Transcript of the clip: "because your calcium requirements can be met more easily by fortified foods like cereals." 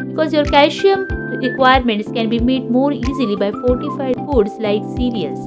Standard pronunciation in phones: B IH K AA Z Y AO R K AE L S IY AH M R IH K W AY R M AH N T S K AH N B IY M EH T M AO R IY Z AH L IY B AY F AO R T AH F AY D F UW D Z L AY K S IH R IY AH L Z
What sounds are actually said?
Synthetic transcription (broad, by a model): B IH K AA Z Y AO R K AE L SH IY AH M R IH K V AY R M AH N T S K AH N B IY M EH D M AO R IY Z AH L IY B AY F AO R T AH F AY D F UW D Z L AY K S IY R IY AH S